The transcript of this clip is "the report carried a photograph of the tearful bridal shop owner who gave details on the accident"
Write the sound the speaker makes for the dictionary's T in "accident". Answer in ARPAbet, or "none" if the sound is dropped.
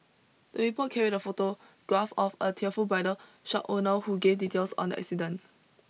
none